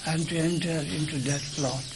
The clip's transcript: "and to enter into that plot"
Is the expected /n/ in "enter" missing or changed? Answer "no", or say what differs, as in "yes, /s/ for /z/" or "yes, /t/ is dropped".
no